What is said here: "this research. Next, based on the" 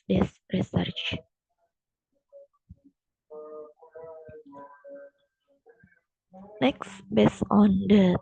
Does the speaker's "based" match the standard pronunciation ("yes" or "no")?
no